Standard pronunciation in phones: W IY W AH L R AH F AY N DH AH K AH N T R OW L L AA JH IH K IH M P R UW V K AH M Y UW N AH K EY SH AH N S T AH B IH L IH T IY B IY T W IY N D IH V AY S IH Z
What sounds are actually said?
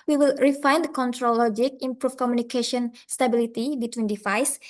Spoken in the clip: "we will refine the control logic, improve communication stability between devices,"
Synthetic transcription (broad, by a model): W IY W AH L R AH F AY N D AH K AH N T R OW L L AA JH IH K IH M P R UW F K AH M Y UW N AH K EY SH AH N S T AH B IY L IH T IY B IY T W IY N D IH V AY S